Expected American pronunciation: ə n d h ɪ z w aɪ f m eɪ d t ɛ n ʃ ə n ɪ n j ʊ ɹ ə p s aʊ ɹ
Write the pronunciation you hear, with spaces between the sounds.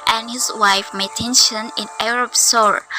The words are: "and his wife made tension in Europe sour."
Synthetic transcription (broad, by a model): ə n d h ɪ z w aɪ f m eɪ t ɛ n ʃ ə n ɪ n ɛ ɹ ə b s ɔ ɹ